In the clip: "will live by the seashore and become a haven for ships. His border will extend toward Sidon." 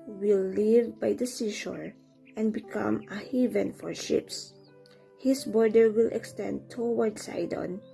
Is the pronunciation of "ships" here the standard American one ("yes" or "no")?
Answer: yes